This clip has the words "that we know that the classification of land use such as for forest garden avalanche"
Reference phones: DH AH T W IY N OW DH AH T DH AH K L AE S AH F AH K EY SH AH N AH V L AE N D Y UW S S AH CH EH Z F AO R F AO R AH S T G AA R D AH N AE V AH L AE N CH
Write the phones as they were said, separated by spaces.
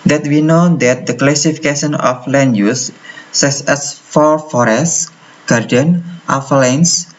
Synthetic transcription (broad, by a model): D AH T W IY N OW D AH T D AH K L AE S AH F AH K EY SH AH N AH F L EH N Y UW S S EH S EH S F AO R F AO R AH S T G AA R D AH N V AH L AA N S